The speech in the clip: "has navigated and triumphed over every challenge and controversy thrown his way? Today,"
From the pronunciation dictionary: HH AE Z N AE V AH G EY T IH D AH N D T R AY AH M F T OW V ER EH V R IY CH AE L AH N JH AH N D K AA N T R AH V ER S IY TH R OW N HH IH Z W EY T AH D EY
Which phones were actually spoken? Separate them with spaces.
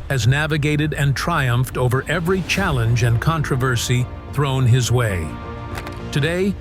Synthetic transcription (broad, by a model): HH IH Z N AE V AH G EY T IH D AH N T R AY AH M F T OW V ER EH V R IY CH AE L AH N JH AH N K AA N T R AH V ER S IY TH R OW N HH IH Z W EY T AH D EY